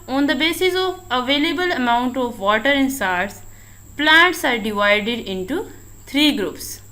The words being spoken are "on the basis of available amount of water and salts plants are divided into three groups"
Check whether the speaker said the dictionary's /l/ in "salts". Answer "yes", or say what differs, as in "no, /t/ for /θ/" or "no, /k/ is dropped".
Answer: no, /l/ is dropped